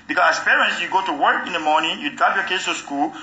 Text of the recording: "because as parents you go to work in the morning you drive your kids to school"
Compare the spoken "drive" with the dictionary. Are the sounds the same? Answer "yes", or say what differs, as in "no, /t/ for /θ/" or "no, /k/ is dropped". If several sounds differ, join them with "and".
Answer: no, /ɹ/ is dropped